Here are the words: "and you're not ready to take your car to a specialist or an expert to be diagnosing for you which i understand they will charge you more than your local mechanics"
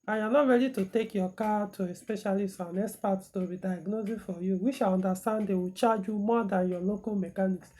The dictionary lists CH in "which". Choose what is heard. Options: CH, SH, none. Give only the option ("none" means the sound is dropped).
SH